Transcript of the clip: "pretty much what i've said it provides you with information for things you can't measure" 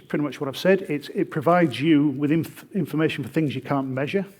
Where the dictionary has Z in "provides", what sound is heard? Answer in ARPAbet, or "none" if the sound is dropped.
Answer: Z